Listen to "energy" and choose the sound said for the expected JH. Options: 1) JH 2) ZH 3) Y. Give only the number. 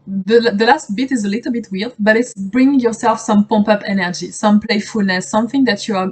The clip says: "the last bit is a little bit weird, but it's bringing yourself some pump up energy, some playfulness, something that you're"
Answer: 1